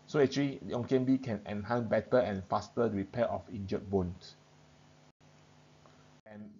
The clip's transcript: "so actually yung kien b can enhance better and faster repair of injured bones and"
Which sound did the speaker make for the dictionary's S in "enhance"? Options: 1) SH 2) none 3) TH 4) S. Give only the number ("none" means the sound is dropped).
2